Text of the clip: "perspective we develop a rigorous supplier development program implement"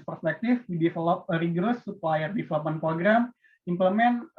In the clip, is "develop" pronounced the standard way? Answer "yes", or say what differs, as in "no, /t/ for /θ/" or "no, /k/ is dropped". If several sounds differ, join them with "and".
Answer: no, /f/ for /v/